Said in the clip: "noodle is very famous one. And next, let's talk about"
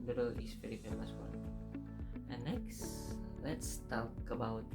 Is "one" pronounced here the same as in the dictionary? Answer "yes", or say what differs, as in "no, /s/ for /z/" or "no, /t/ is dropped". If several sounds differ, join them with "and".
no, /n/ is dropped